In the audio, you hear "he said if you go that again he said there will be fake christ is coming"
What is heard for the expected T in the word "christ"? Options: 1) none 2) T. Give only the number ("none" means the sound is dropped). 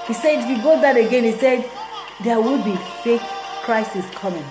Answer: 1